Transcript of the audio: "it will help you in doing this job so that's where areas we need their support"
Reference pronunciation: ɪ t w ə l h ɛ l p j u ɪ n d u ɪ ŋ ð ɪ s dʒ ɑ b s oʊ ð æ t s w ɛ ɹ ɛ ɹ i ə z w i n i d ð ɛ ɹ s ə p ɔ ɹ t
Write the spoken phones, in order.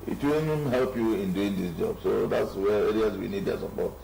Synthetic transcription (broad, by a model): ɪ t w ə n h ɛ l p j u ɪ n d u ɪ ŋ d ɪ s dʒ ɑ b s oʊ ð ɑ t s w ɛ ɹ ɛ ɹ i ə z w i n i d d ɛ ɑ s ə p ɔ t